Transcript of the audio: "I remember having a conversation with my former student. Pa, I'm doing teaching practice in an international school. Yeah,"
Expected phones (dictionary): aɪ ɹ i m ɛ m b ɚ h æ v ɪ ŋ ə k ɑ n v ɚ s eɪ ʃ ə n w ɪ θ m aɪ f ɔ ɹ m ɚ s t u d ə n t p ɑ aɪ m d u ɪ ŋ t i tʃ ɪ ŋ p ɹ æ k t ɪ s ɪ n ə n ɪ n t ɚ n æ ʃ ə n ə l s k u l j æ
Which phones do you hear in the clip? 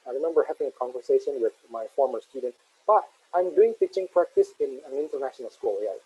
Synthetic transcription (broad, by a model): aɪ ɹ i m ɛ m b ɚ h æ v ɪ ŋ ə k ɑ n v ɚ s eɪ ʃ ə n w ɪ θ m aɪ f ɔ ɹ m ɚ s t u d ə n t b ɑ aɪ m d u ɪ ŋ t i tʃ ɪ ŋ p ɹ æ k t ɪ s ɪ n ə n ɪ n t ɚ n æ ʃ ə n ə l s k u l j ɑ